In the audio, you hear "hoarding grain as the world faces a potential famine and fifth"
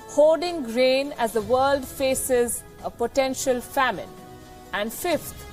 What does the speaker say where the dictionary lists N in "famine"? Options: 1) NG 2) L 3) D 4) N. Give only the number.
4